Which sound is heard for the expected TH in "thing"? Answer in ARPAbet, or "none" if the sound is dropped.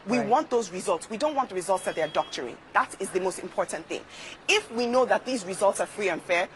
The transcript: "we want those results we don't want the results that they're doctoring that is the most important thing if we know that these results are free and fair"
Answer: TH